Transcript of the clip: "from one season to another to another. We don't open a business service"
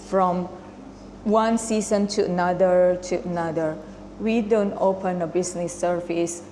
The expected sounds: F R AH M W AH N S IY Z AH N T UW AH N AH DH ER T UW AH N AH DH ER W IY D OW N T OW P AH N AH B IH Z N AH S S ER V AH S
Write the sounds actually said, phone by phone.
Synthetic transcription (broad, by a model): F R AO M W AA N S IY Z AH N T UW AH N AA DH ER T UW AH N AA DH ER W IY D OW N T OW P AH N AH B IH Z N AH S S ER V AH S